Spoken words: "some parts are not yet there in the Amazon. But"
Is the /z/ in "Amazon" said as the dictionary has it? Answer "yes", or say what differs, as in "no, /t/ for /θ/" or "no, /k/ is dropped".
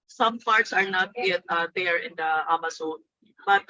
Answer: no, /s/ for /z/